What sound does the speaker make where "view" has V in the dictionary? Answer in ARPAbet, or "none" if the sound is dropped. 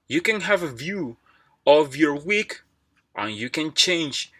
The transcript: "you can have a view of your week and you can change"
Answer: V